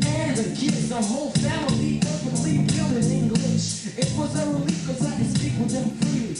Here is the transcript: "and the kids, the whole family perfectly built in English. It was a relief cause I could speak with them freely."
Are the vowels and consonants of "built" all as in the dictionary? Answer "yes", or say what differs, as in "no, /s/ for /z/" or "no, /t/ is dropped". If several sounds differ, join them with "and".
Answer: no, /t/ is dropped